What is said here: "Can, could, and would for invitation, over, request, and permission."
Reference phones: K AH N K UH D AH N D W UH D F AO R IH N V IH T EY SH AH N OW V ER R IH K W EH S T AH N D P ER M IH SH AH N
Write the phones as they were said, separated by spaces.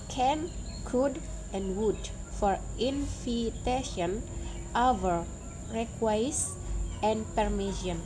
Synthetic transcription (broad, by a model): K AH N K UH D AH N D W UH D F AO R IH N F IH T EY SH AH N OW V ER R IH K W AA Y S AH N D P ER M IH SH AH N